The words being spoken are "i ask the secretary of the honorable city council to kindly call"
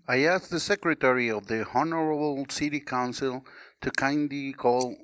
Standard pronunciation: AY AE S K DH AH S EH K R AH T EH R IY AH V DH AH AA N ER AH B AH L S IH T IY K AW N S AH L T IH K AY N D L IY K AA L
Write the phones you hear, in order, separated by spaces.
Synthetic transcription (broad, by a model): AY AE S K DH AH S EH K R AH T EH R IY AH V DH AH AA N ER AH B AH L S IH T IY K AW N S AH L T IH K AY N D IY K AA L